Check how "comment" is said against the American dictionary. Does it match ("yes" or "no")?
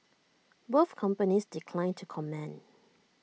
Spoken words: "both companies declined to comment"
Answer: no